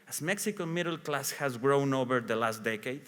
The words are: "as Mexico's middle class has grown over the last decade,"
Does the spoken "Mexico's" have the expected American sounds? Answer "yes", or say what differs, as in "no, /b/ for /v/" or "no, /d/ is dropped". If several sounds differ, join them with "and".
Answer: no, /z/ is dropped